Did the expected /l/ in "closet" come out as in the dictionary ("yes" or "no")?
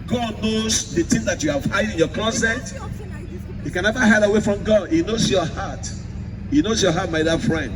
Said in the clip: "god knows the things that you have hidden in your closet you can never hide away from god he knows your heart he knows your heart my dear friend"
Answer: no